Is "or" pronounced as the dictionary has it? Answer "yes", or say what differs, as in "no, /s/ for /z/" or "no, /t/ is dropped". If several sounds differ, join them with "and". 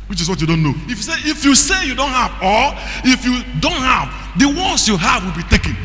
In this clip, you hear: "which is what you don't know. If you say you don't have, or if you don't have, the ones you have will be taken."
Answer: no, /l/ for /ɹ/